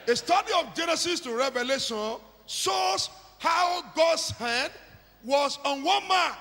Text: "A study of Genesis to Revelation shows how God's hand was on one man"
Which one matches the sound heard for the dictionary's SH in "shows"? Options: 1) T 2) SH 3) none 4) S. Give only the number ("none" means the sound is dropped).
4